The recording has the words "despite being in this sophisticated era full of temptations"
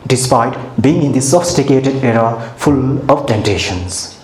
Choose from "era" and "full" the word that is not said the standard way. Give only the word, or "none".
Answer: none